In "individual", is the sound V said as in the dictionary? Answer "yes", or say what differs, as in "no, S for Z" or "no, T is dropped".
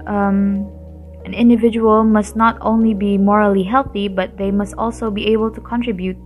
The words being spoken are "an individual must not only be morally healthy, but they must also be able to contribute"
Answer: yes